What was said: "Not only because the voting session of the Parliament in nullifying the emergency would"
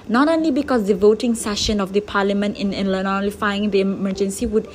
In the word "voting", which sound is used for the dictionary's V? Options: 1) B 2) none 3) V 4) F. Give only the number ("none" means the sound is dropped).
3